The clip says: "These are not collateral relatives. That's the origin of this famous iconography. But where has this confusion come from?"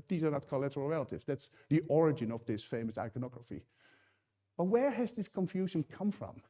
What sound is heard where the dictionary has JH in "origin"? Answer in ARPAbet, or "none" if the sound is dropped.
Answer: JH